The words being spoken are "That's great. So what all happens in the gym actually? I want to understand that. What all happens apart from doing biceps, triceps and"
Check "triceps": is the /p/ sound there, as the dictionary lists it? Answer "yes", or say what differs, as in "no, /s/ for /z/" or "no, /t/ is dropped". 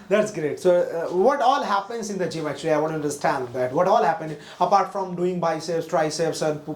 no, /p/ is dropped